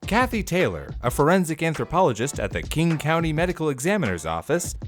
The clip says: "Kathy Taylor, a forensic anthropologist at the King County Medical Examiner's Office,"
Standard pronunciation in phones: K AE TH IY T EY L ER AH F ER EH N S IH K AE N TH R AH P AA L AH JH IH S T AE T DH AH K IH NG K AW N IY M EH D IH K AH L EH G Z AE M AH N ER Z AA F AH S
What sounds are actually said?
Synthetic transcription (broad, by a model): K AE TH IY T EY L ER AH F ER EH N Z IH K AE N TH R AH P AA L AH JH IH S T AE T DH AH K IH NG K AW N IY M EH D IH K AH L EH G Z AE M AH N ER Z AA F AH S